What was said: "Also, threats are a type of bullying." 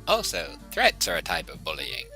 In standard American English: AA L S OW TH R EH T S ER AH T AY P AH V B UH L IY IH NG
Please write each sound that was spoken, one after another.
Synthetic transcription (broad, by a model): AA L S OW TH R EH T S ER AH T AY P AH V B UH L IY IH NG